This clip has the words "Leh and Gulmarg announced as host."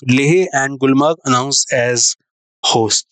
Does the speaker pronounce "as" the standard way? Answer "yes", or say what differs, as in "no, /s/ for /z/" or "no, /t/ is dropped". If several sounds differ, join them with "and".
yes